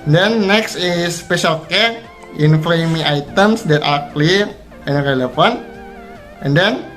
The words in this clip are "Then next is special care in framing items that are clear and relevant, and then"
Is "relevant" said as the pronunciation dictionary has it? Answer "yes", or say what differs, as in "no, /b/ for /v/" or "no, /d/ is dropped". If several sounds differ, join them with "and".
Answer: no, /f/ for /v/